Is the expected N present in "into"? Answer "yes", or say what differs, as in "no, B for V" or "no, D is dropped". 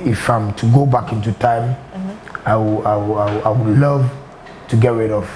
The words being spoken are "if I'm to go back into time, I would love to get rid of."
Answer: yes